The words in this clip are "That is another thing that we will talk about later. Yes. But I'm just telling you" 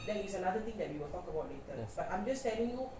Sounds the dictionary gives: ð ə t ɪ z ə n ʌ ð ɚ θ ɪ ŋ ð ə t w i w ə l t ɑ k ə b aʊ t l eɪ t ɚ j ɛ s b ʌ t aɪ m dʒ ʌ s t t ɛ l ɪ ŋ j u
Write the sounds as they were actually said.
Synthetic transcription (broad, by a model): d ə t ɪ s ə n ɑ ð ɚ t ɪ ŋ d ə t w i w ə l t ɑ k ə b aʊ t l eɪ t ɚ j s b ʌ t aɪ m dʒ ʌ s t t ɛ l ɪ ŋ j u